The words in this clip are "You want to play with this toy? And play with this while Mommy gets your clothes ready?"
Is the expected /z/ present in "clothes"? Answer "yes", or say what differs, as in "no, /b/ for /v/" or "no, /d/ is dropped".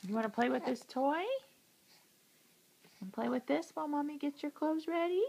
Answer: yes